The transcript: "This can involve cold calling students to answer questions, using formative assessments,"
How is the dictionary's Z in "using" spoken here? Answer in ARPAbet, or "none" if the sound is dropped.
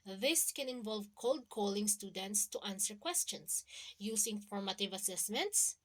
S